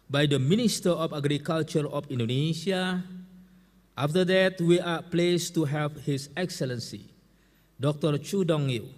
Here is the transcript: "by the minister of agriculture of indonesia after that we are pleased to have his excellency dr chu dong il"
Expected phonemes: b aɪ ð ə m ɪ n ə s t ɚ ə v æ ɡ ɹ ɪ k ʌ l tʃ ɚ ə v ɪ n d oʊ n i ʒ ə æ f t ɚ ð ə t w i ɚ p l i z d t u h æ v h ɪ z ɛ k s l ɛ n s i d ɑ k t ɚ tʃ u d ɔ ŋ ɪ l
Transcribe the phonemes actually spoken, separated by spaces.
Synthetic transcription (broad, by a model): b aɪ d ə m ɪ n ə s t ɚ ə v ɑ ɡ ɹ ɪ k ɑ l tʃ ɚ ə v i n d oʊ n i s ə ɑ f t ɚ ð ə t w i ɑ p l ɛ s t u h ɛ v h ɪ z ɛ k s l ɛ n s i d ɑ k t ɚ tʃ u d ɔ ŋ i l